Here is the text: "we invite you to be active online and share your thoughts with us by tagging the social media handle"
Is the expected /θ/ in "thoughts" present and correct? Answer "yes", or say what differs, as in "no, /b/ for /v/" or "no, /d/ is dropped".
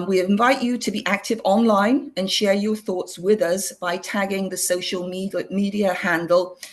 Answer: yes